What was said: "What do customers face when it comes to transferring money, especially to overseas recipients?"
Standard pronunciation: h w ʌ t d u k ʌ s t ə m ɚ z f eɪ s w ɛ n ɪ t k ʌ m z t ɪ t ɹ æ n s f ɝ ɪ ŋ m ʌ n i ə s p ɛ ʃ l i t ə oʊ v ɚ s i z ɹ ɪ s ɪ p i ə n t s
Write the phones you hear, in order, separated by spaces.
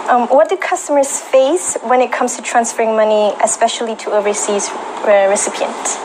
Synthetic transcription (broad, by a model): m w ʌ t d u k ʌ s t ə m ɚ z f eɪ s w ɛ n ɪ t k ʌ m z t ɪ t ɹ æ n s f ɝ ɪ ŋ m ʌ n i ə s p ɛ ʃ l i t ə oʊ v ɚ s i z ɹ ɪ s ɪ p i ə n t